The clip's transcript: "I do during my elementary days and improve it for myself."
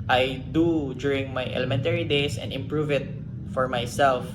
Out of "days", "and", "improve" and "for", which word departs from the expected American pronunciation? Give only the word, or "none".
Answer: days